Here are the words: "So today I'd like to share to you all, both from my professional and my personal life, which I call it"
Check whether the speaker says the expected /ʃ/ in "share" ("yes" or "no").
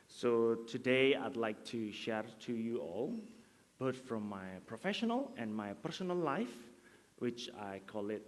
yes